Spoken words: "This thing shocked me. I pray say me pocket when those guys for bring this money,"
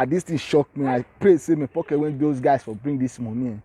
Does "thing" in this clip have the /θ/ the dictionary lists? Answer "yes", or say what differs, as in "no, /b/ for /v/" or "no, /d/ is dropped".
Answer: no, /t/ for /θ/